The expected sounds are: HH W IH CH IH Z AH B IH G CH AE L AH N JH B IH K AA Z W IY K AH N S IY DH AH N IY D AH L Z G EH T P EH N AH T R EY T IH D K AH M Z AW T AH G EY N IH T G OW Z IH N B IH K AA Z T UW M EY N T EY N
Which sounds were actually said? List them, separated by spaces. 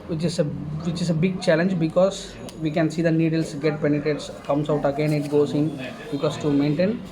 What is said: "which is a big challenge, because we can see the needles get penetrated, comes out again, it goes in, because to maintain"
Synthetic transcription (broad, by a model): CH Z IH CH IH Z AH B IH G CH AE L AH N JH B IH K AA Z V IY K AH N S IY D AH N IY D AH L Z G EH T P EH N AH T EY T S K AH M S AW T AH G EY N IH T G OW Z IH N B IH K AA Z T UW M EY N T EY N